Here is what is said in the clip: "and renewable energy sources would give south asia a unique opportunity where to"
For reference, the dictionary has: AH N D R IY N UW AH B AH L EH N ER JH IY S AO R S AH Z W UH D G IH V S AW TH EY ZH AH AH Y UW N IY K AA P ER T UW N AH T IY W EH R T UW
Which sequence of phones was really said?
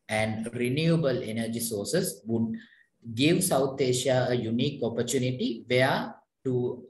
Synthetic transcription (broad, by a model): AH N D R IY N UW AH B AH L EH N ER JH IY S AO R S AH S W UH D G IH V S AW T EY SH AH AH Y UW N IY K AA P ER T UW N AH T IY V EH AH T UW